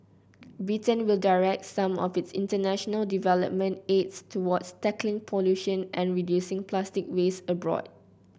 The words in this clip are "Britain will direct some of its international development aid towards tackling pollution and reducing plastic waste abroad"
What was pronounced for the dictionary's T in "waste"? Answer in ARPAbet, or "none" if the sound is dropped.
none